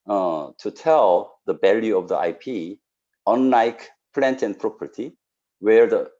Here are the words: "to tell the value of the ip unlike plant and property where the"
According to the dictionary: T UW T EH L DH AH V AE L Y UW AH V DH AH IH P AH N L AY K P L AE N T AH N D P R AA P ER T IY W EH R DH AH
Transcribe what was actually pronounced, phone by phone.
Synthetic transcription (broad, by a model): T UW T EH L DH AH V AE L Y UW AH V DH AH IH P AH N L AY K P L AE N T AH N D P R AA P ER T IY W EH R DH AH